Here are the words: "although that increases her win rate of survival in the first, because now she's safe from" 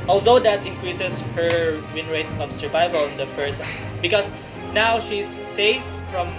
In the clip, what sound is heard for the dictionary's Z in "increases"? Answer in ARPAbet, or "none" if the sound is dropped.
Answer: S